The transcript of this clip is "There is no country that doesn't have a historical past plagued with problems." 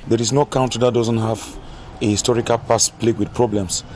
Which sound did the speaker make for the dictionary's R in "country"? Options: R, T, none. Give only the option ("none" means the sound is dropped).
none